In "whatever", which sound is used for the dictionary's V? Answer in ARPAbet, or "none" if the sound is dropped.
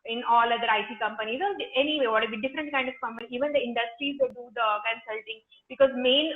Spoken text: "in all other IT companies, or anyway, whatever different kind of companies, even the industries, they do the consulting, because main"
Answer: B